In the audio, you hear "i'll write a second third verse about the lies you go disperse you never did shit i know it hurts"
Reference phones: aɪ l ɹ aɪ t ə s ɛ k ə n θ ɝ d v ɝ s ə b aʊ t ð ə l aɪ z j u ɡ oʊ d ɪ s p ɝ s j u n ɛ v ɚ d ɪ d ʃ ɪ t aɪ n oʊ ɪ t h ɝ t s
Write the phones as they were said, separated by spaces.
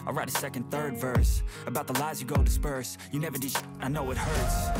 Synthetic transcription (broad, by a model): aɪ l ɹ aɪ t ə s ɛ k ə n θ ɝ d v ɝ s ə b aʊ t ð ə l aɪ z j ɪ ɡ oʊ d ɪ s p ɝ s j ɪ n ɛ v ɚ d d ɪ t aɪ n oʊ ɪ t h ɝ t s